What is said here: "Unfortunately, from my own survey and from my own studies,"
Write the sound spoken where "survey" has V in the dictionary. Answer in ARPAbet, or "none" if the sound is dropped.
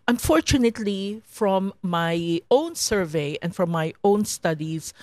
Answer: V